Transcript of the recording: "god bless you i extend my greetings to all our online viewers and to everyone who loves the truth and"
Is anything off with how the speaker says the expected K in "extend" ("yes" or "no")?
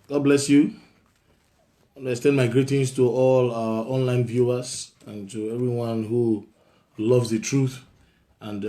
yes